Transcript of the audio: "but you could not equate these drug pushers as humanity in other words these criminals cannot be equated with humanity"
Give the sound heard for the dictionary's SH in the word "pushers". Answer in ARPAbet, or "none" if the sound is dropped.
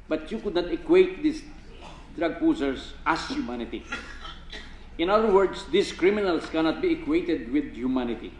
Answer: S